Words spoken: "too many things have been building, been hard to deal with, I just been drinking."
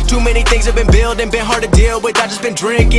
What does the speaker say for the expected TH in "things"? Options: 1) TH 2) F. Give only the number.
1